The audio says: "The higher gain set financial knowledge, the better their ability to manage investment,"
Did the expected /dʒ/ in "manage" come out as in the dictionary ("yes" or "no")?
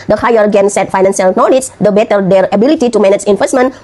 no